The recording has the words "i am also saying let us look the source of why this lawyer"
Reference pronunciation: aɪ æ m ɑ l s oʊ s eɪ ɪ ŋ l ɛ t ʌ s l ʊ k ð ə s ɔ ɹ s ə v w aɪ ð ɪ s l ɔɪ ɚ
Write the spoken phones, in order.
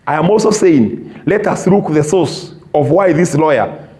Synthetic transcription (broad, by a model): aɪ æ m ɑ l s oʊ s eɪ ɪ ŋ l ɛ t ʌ s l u k ð ə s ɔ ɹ s ə v w aɪ ð ɪ s l ɔɪ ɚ